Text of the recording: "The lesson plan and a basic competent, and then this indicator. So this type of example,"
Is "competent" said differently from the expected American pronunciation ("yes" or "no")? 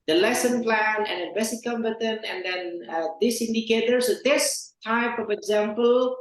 yes